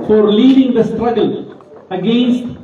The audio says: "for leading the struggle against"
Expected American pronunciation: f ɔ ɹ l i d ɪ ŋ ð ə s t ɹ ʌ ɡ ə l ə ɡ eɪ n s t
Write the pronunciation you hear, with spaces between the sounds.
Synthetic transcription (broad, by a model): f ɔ ɹ l i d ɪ ŋ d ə s t ɹ ʌ ɡ ə l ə ɡ eɪ n s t